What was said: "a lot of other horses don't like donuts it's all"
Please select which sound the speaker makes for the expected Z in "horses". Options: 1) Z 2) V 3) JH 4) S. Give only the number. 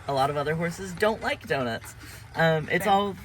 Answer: 1